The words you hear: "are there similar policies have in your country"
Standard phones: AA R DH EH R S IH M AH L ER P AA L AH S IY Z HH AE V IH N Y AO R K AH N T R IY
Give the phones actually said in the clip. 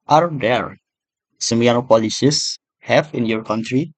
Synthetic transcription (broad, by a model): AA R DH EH R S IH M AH N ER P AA L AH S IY S HH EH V IH N Y AO R K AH N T R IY